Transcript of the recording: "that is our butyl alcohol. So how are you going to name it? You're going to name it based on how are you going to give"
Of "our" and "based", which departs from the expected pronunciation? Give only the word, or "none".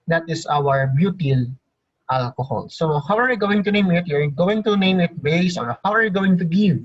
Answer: based